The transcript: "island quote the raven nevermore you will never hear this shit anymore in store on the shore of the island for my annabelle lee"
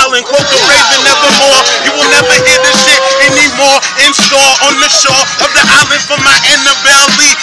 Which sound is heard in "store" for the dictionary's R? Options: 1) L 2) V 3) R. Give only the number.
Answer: 1